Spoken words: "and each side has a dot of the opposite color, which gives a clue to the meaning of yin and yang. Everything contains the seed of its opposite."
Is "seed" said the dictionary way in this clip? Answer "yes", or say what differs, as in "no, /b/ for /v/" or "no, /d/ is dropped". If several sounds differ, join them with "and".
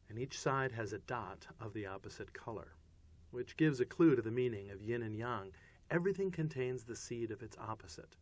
yes